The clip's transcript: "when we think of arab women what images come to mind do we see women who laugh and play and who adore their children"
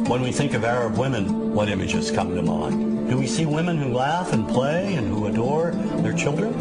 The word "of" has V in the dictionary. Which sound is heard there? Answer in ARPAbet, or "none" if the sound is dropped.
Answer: V